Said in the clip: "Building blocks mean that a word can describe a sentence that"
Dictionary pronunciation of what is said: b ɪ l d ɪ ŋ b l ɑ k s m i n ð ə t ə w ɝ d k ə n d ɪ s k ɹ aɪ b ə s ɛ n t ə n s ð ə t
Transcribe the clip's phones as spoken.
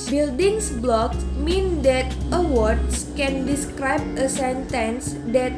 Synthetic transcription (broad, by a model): b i l d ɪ ŋ b l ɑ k m i n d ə t ə w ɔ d k ə n d ɪ s k ɹ aɪ b ə s ɛ n t ə n s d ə t